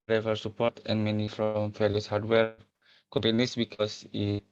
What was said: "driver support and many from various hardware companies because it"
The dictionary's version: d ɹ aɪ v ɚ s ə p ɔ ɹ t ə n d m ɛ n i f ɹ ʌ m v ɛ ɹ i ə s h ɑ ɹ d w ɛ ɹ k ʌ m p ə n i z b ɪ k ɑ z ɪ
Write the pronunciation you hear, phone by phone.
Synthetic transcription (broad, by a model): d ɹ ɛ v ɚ s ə p ɔ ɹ t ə n m ɛ n i f ɹ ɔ m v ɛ l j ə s h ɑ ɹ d w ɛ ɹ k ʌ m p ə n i s b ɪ k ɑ s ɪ